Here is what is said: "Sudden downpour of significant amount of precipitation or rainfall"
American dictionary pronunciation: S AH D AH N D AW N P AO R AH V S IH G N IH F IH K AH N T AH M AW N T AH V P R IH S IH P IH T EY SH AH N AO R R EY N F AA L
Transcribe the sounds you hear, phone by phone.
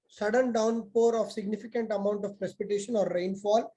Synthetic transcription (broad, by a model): S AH D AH N D AW N P AO R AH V S IH G N IH F IH K AH N T AH M AW N T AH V P R IH S IH P IH T EY SH AH N AO R R EY N F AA L